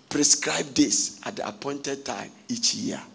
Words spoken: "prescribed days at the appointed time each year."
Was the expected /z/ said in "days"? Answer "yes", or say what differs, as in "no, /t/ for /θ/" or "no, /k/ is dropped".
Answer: no, /s/ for /z/